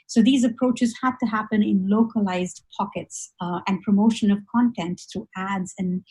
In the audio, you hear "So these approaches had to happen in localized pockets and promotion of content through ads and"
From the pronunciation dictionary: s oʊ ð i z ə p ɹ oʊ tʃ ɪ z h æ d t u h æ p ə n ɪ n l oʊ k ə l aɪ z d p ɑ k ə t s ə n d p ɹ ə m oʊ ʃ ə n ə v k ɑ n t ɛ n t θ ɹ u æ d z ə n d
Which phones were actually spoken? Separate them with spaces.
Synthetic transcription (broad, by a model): s oʊ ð i z ə p ɹ oʊ tʃ ɪ z h æ d t u h æ p ə n ɪ n l oʊ k ə l aɪ z d p ɑ k ə t s ə n d p ɹ ə m oʊ ʃ ə n ə v k ɑ n t ɛ n t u æ d z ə n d